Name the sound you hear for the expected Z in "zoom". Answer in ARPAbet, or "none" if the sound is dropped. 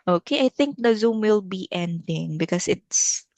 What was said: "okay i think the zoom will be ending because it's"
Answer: Z